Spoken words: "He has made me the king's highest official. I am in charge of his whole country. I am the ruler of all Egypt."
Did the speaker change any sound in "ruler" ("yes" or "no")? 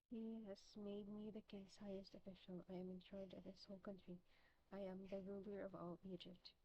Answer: no